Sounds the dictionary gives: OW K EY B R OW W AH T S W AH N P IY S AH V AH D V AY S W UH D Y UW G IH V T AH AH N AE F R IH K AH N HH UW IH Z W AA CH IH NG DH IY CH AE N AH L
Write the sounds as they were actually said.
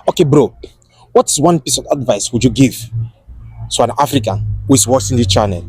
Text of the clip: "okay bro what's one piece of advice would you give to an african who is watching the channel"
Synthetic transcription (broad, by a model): OW K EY B R OW W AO T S W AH N P IY S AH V AH D V AY S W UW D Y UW G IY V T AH AH N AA F R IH K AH N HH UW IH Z W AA S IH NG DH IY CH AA N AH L